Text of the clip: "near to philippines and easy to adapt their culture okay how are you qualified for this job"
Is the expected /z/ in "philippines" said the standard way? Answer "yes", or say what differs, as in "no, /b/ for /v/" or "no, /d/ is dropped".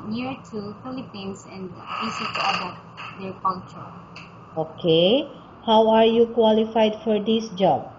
no, /s/ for /z/